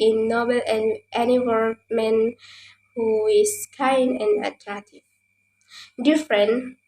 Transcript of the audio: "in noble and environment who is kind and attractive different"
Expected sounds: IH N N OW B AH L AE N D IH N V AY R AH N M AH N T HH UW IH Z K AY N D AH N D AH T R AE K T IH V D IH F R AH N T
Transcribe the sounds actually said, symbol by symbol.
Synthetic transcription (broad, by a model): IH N N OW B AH L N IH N IY W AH L M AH N HH UW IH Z K AY N D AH N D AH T R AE K T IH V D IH F R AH N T